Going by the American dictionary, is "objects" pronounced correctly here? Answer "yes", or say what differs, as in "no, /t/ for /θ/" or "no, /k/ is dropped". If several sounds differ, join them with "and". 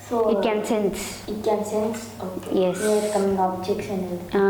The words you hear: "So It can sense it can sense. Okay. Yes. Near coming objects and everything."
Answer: no, /tʃ/ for /dʒ/